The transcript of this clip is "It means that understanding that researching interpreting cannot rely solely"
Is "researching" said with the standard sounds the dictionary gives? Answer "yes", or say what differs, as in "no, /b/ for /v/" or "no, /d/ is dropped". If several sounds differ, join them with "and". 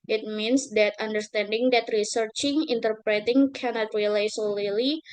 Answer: yes